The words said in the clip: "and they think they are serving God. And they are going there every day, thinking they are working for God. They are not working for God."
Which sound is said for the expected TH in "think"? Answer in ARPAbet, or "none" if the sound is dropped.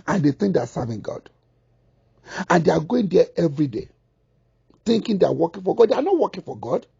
T